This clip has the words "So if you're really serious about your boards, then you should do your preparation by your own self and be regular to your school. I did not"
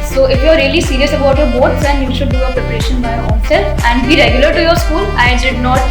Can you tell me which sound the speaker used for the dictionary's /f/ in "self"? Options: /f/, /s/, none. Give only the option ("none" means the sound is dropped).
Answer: none